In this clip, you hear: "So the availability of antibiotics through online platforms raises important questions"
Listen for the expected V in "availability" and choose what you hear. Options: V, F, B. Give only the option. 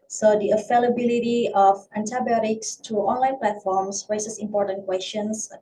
F